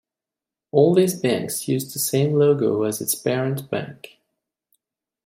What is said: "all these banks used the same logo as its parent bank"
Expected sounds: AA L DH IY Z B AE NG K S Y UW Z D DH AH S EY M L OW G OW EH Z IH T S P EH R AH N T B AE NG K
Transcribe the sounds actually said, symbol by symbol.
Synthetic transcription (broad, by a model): AA L DH IY Z B AE NG K S Y UW Z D DH AH S EY M L OW G OW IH Z IH T S B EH R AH N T B AE NG K